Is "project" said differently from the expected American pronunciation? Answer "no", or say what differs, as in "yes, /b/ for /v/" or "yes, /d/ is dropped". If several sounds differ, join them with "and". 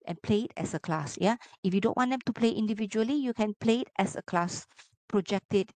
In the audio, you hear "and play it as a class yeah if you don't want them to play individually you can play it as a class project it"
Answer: no